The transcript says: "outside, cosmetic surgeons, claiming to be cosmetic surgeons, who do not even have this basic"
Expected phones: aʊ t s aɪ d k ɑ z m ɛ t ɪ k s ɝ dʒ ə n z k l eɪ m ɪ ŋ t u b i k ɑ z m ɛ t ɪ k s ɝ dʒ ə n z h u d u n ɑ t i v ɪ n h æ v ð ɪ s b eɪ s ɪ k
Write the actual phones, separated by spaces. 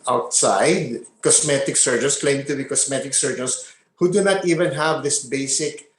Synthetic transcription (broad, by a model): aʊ t s aɪ d k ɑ s m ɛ t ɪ k s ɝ dʒ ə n s k l eɪ ɪ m t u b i k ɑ s m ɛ t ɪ k s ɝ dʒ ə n s h u d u n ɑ t i v ɪ n h æ v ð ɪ s b eɪ s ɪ k